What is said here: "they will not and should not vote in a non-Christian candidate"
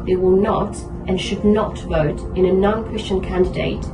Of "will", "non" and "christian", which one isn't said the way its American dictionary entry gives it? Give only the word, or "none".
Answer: none